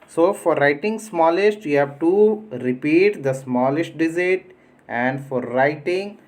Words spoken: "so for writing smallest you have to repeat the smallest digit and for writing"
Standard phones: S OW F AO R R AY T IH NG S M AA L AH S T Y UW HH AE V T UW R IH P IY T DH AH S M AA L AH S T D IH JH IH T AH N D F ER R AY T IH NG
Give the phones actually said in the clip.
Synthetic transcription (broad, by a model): S OW F AO R R AY T IH NG S M AA L AH S T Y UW HH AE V T UW R IH P IY T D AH S M AA L AH S T D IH Z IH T AH N D F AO R AY T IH NG